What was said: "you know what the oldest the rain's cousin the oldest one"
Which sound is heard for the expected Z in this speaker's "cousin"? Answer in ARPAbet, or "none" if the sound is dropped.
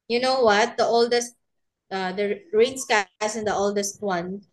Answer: S